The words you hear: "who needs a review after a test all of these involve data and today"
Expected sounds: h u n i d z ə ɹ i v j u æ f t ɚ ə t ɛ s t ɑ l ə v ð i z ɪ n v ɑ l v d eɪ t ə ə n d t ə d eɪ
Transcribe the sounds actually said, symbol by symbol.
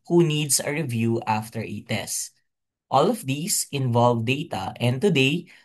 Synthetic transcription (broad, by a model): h u n i d s ə ɹ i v j u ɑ f t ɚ ə t ɛ s t ɑ l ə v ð i s ɪ n v ɑ l v d eɪ t ə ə n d t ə d eɪ